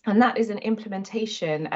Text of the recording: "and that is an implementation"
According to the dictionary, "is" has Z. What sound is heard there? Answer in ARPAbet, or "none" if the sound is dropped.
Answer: Z